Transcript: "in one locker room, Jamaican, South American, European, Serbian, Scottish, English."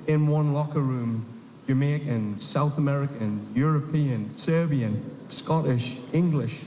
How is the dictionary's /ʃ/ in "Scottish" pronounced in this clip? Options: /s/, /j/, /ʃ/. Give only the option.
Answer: /ʃ/